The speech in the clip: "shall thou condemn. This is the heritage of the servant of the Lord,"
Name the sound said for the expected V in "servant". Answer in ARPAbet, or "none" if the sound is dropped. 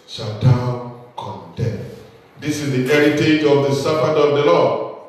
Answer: P